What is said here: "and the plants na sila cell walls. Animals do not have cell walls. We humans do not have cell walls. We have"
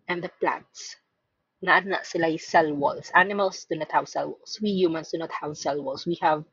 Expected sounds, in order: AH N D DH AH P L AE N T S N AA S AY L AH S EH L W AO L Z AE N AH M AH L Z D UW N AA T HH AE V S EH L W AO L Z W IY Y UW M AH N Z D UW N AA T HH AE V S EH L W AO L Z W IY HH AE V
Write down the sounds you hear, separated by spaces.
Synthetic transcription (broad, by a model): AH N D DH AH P L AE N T N AA S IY L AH S EH L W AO L S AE N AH M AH L S D UW N AA T HH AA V S EH L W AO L S W IY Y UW M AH N S D UW N AA T HH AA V S EH L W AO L S W IY HH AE V